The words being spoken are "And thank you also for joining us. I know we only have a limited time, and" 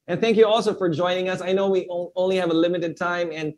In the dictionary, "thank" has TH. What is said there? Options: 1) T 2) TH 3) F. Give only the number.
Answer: 2